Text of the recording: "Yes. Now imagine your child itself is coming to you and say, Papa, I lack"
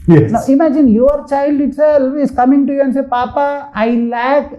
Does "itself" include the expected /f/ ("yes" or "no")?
no